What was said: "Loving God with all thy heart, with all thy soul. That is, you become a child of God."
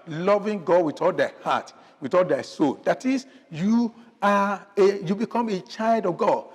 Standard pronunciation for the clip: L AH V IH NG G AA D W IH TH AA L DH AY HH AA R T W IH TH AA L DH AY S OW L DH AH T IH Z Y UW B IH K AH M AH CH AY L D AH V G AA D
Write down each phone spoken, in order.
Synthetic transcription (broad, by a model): L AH V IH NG G AA D W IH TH AA L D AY HH AA T W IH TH AA L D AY S OW L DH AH T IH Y Y UW B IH K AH M AH CH AY L D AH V G AA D